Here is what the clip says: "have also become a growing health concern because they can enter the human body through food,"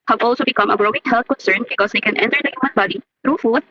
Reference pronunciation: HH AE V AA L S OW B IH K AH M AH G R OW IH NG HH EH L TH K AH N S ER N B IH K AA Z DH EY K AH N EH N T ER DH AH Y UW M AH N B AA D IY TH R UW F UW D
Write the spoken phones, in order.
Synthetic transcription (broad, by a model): HH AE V AA L S OW B IH K AH M AH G R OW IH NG HH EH L T K AH N S ER N B IH K AA Z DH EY K AH N EH N T ER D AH Y UW M AH N B AA D IY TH R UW F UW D